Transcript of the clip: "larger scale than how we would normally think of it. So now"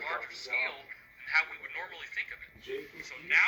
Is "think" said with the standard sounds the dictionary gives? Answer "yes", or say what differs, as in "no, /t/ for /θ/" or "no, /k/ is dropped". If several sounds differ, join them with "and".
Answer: yes